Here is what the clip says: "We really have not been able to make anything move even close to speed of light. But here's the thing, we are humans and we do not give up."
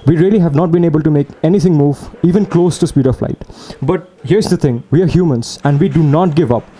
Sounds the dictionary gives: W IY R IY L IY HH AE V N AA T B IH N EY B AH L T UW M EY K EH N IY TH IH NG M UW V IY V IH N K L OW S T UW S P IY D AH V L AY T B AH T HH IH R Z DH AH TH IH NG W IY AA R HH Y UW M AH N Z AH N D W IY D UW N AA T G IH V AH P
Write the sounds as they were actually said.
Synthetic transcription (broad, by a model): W IY R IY L IY HH AE V N AA T B IH N EY B AH L T UW M EY K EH N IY T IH NG M UW V IY V IH N K L OW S T UW S P IY D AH F L AY T B AH T HH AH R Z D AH T IH NG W IY AA R HH Y UW M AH N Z AH N D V IY D UW N AA T G IH V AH P